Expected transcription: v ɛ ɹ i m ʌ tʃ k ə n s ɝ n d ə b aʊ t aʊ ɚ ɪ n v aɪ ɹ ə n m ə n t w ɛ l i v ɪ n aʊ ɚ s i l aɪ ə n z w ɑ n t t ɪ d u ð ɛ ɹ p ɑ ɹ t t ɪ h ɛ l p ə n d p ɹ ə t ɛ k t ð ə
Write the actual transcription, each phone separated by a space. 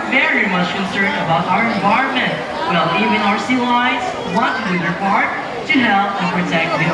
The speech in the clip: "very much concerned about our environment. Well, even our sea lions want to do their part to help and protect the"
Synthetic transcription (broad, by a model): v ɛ ɹ i m ʌ tʃ k ə n s ɝ n d ə b aʊ t aʊ ɚ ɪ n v aɪ ɹ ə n m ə n t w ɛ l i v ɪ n aʊ ɚ s i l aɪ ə z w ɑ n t t ɪ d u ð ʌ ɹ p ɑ ɹ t t ɪ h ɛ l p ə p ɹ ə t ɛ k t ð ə